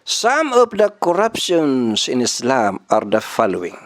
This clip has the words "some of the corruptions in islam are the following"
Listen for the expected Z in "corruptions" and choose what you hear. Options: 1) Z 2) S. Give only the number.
2